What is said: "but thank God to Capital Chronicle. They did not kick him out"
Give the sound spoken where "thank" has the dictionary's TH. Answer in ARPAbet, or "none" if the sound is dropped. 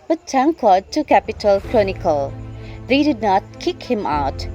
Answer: T